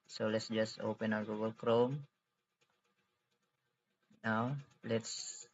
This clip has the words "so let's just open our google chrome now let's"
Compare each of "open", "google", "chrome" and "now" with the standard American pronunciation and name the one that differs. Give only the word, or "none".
none